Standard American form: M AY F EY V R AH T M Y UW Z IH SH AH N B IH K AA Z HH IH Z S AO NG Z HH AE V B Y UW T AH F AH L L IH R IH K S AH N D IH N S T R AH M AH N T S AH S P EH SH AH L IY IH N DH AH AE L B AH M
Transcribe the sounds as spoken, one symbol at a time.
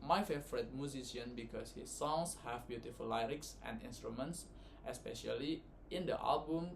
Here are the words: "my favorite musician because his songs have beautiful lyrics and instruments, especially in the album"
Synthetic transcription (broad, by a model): M AY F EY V R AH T M Y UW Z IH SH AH N B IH K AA S HH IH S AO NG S HH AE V B Y UW T AH F AH L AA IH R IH K S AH N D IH N S T R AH M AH N T S AH S P EH SH AH L IY IH N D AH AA L B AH M